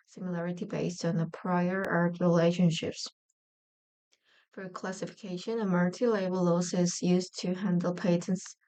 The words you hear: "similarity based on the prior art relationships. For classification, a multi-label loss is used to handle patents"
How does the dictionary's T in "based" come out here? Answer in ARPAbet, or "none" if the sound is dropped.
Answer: T